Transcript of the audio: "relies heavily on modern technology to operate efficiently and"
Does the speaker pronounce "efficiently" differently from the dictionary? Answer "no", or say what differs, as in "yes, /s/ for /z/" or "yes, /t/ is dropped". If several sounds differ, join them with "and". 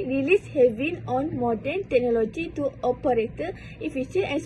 yes, /f/ is dropped